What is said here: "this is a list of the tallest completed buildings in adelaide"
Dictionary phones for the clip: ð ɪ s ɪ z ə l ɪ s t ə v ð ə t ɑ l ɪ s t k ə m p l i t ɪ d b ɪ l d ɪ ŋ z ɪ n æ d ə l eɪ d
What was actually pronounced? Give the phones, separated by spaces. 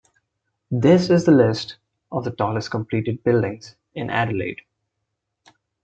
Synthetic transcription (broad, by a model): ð ɪ s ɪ z ə l ɪ s t ə v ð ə t ɑ l ɪ s t k ə m p l i t ɪ d b ɪ l d ɪ ŋ z ɪ n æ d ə l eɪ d